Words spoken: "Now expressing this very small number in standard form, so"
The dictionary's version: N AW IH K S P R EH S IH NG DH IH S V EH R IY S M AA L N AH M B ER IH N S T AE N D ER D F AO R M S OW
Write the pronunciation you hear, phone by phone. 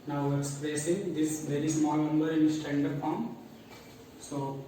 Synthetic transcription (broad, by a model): N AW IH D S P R EH S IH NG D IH S V EH R IY S M AA L N AH M B ER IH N S T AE N D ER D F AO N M S OW